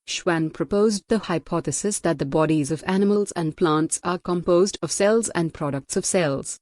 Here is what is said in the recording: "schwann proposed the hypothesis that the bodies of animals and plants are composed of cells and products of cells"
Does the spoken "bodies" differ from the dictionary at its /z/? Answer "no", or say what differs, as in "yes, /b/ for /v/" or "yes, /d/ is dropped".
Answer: no